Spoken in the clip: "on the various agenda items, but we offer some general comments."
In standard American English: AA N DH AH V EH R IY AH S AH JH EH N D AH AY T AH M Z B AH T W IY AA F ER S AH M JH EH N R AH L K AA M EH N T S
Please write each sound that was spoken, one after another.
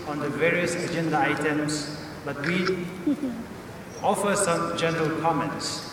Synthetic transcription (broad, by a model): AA N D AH V EH R IY AH S AH JH EH N D AH AY T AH M S B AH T W IY AA F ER S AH M JH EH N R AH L K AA M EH N T S